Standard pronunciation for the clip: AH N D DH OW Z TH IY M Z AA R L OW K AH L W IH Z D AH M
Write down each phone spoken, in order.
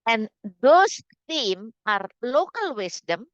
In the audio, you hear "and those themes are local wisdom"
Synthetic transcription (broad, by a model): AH N D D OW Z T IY M AA R L OW K AH L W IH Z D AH M